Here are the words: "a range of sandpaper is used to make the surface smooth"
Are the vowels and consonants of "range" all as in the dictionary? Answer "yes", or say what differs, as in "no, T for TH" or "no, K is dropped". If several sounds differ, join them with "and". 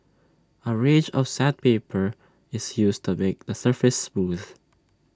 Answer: no, N is dropped